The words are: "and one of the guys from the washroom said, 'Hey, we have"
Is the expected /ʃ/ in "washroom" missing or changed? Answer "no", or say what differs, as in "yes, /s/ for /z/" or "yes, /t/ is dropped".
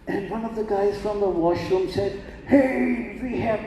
no